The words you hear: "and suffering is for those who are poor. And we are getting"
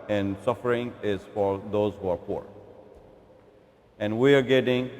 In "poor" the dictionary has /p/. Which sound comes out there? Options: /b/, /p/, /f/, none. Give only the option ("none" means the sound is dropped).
/p/